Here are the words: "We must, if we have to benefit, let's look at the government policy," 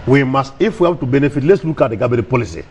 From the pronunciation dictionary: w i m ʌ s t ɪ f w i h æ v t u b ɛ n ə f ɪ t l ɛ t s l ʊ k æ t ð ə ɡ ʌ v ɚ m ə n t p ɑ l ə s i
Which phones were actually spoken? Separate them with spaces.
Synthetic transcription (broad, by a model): w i m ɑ s t ɪ f w i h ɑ b t u b ɛ n ə f ɪ t l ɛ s l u k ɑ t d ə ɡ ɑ b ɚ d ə p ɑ l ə s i